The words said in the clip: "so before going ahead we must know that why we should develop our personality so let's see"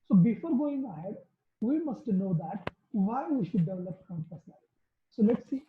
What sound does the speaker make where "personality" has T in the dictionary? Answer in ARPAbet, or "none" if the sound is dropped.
S